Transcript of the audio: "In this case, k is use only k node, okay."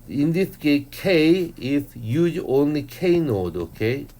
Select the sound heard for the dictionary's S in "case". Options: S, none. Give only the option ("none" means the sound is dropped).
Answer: none